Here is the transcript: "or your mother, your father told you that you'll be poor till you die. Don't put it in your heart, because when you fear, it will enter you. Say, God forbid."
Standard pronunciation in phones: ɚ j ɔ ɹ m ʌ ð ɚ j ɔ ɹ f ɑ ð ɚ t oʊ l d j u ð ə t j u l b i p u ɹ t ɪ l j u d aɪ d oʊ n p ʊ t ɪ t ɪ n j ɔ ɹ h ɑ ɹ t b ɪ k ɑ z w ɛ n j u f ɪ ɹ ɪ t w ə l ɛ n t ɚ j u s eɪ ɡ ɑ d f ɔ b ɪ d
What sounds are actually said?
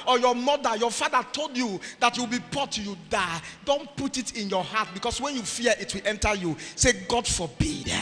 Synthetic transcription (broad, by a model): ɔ j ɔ m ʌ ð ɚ j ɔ f ɑ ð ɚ t oʊ l d j u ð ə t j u w b i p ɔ t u j u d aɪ d oʊ n p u t ɪ t ɪ n j ɔ h ɑ t b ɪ k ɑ s w ɛ n j u f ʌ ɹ ɪ t w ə l ɛ n t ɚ j u s eɪ ɡ ɑ d f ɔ b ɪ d